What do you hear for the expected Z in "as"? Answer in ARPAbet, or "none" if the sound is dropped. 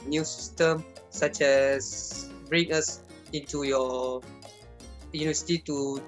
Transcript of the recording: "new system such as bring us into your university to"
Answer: S